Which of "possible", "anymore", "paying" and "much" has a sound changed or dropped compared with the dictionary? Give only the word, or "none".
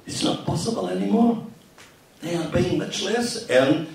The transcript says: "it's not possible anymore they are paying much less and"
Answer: paying